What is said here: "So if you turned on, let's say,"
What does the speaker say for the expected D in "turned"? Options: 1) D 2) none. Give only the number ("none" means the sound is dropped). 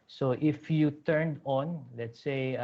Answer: 1